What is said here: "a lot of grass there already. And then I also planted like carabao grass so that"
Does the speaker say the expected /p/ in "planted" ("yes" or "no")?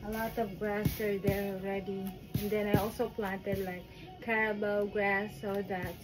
yes